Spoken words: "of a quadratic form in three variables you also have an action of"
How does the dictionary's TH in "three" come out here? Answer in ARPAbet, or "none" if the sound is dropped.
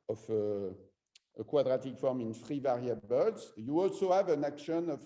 F